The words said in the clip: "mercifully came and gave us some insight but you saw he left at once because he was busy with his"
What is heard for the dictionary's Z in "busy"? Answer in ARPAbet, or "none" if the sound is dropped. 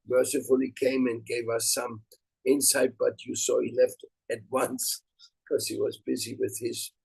Z